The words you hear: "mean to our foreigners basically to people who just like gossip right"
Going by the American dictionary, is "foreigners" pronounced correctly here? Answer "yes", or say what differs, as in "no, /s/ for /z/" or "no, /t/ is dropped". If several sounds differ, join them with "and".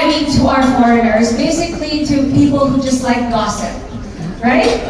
yes